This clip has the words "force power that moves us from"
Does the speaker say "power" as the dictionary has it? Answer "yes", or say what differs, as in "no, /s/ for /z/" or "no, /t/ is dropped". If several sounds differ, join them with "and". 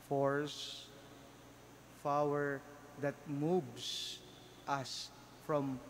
no, /f/ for /p/